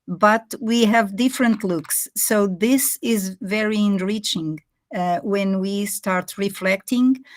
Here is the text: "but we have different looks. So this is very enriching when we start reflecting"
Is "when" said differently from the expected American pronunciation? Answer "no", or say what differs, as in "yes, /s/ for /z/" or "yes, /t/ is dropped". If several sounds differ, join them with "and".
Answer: no